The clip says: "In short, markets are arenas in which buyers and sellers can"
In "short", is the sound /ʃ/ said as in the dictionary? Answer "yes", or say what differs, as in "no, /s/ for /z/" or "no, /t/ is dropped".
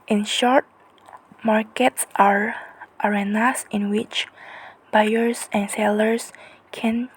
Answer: yes